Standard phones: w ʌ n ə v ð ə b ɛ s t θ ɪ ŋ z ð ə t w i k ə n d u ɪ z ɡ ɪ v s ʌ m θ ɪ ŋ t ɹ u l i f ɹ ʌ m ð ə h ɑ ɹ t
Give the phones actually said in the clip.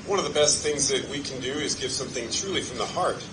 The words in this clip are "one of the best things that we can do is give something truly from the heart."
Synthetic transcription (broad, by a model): w ʌ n ə v ð ə b ɛ s t θ ɪ ŋ z ð ə t w i k n d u ɪ z ɡ ɪ v s ʌ m θ ɪ ŋ t ɹ u l i f ɹ ʌ m ð ə h ɑ ɹ t